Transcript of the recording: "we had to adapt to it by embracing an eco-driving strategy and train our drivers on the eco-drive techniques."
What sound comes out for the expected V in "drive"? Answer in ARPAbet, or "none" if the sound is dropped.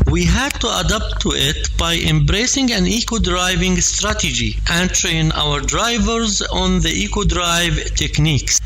V